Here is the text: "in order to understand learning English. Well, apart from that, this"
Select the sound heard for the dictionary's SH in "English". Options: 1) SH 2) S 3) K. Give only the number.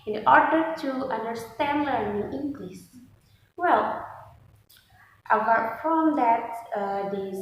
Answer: 2